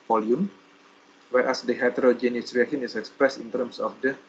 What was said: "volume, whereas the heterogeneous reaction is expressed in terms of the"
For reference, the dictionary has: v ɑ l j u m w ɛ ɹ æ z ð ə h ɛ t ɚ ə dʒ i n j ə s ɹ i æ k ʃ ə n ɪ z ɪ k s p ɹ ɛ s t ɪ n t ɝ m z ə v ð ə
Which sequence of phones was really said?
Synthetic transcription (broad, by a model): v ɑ l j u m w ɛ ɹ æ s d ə h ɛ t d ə dʒ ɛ n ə s ɹ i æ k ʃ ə n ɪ s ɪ k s p ɹ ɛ s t ɪ n t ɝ m s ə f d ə